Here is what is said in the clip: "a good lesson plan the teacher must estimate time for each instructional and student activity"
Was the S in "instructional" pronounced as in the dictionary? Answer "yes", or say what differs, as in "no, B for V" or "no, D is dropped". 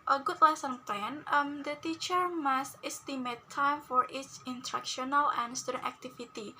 no, S is dropped